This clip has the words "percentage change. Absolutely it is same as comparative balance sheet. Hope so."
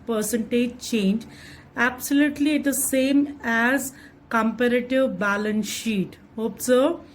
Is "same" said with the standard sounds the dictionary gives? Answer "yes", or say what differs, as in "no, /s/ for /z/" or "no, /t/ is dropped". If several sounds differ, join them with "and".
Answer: yes